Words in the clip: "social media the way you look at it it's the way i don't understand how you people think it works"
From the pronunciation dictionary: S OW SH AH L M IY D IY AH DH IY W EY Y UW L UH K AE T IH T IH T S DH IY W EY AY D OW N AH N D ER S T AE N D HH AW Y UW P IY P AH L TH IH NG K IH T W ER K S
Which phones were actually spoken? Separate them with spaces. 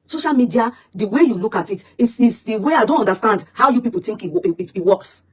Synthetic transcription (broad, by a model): S OW SH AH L M IY D IY AH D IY W EY Y UW L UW K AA T IH T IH S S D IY W EY AY D OW N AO N D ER S T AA N D HH AW Y UW P IY P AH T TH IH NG K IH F W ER K S